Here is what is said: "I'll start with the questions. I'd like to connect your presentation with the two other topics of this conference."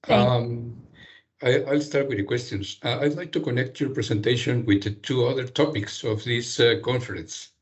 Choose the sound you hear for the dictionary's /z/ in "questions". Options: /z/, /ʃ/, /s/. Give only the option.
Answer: /s/